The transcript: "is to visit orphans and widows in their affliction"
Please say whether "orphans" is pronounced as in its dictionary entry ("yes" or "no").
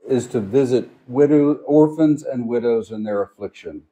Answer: yes